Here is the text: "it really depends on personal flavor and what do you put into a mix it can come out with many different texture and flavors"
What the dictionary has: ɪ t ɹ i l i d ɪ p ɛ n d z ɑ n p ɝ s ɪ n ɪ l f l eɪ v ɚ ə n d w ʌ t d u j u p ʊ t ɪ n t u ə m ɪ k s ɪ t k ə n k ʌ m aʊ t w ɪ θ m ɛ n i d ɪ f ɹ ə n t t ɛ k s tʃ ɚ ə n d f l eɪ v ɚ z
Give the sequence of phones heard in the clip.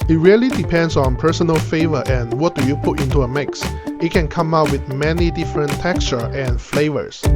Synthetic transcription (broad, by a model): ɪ t ɹ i l i d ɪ p ɛ n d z ɑ n p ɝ s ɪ n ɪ l f eɪ v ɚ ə n w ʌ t d u j u p ʊ t ɪ n t u ə m ɪ k s ɪ t k ə n k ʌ m aʊ t w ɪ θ m ɛ n i d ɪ f ɹ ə n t t ɛ k s tʃ ɚ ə n f l eɪ v ɚ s